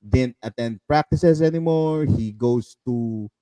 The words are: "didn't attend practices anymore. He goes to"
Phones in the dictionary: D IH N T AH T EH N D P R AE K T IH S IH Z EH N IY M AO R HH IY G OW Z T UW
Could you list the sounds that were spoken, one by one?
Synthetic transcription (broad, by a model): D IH N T AH T EH N D P R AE K T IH S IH S EH N IY M AO R HH IY G OW S T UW